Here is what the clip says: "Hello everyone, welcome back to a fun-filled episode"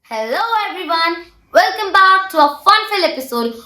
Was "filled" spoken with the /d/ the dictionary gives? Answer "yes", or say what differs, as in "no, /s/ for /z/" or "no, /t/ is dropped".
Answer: no, /d/ is dropped